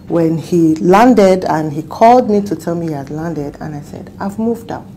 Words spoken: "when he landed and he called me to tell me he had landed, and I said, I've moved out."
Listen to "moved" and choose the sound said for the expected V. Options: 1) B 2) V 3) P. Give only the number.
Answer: 2